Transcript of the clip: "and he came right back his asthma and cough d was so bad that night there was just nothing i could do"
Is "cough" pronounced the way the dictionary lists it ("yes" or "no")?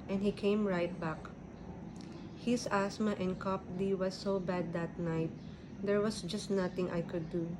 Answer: no